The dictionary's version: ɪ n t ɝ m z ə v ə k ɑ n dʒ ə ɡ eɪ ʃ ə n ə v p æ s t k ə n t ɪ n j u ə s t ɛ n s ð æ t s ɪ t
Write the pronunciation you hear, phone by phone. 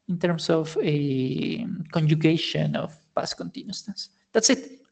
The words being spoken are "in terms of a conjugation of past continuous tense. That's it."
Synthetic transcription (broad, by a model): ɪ n t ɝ m s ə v ə k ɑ n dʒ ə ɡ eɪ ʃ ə n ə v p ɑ s k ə n t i n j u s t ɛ s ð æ t s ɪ t